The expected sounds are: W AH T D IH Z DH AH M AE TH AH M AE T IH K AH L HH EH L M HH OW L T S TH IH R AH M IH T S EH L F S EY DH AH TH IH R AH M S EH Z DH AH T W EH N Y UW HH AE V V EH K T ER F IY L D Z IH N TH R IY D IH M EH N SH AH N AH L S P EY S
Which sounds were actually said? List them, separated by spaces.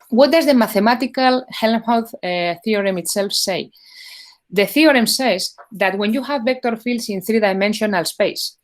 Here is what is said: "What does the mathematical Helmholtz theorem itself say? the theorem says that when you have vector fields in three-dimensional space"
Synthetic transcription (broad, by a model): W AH T D IH Z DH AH M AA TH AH M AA T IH K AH L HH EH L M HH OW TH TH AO R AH M IH T S EH L F S EY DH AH TH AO R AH M S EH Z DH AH T W EH N Y UW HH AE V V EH K T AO F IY L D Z IH N TH R IY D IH M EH N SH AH N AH L S P EY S